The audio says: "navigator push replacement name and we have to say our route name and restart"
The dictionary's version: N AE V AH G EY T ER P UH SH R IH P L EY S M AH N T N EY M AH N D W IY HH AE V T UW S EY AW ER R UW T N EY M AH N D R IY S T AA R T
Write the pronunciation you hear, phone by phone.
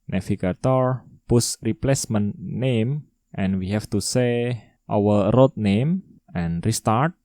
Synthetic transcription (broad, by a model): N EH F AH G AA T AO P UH S R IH P L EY S M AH N N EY M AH N W IY HH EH F T UW S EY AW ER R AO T N EY M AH N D R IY S T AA R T